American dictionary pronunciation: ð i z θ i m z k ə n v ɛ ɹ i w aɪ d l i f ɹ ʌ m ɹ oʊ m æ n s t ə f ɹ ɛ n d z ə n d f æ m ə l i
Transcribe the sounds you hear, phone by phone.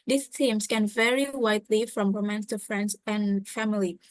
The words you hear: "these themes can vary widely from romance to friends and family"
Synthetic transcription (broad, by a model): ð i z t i m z k ə n v ɛ ɹ i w aɪ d l i f ɹ ʌ m w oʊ m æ n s t ə f ɹ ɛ n d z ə n f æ m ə l i